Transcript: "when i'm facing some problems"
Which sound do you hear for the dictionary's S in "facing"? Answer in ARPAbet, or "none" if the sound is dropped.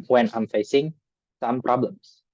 S